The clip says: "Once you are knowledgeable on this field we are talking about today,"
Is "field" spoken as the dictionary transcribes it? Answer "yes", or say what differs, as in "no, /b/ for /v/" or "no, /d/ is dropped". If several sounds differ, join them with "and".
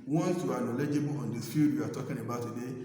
no, /l/ is dropped